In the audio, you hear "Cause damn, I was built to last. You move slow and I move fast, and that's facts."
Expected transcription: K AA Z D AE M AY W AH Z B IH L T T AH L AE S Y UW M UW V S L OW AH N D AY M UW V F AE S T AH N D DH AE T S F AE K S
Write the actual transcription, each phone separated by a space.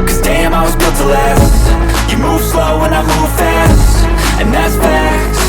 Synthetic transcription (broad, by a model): K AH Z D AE M AY W AH Z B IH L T T AH L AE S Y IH M UW V S L OW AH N AY M UW V F AE S T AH N DH AE T S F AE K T